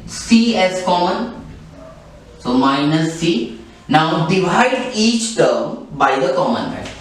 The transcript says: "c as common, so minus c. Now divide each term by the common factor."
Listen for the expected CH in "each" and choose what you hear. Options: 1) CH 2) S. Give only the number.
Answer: 1